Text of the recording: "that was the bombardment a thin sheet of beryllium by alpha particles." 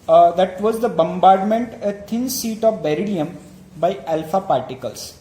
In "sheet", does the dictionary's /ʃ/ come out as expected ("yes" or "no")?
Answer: no